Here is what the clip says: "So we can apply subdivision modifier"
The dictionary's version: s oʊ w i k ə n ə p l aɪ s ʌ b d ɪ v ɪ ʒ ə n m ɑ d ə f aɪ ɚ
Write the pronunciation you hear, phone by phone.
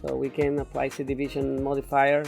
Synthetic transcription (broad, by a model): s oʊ w i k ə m ə p l aɪ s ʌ d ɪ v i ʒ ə n m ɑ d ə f aɪ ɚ